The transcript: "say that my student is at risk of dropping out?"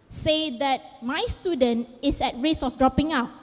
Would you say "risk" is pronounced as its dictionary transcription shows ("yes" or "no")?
no